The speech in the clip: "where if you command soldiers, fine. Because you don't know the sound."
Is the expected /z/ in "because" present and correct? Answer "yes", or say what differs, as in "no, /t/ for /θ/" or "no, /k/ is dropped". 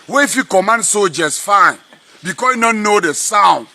no, /z/ is dropped